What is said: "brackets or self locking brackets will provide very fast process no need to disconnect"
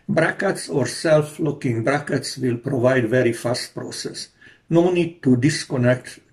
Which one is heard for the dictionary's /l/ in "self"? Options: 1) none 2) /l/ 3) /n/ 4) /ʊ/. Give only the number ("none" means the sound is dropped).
2